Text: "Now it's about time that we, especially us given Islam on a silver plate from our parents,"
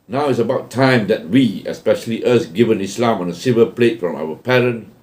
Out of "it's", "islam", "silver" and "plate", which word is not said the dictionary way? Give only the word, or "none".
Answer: silver